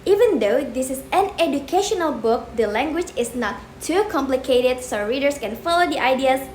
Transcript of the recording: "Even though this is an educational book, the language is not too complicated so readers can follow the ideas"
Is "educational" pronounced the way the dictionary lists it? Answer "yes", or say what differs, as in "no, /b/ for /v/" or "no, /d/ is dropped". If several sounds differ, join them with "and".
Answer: yes